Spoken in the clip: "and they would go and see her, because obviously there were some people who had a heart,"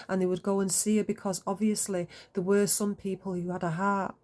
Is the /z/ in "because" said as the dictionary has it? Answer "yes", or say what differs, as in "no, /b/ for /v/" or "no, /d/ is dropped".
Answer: yes